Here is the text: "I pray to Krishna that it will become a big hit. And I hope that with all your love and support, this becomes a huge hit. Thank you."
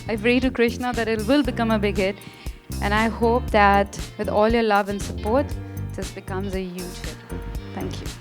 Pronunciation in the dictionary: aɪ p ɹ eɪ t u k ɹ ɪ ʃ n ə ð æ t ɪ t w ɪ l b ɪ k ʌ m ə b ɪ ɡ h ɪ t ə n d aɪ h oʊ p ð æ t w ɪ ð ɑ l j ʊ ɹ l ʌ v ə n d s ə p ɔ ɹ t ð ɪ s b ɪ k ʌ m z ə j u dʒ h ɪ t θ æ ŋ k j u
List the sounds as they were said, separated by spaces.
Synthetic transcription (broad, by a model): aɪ f ɹ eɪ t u k ɹ ɪ ʃ n ə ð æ t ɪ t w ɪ l b ɪ k ʌ m ə b ɪ ɡ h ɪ t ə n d aɪ h oʊ p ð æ t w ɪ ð ɑ l j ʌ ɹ l ʌ v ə n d s ə p ɔ ɹ t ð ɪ s b ɪ k ʌ m z ə j u dʒ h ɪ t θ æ ŋ k j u